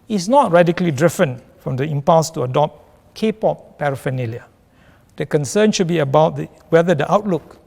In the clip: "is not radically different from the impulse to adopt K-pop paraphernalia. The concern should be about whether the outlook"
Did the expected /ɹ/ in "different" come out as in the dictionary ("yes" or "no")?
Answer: no